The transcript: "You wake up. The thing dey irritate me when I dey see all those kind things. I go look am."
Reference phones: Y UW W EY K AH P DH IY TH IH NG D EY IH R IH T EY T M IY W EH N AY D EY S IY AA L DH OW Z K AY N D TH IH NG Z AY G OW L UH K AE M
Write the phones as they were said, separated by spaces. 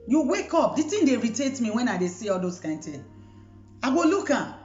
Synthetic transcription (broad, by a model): Y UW W EY K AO P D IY T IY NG D EY R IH T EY T M IY W EH N AY D EY S IY AA L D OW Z K AY N D T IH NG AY G OW L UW K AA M